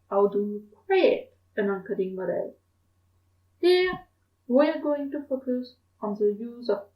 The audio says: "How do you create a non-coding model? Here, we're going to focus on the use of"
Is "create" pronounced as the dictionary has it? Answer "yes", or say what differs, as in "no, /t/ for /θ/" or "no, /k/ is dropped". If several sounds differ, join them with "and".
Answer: no, /w/ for /ɹ/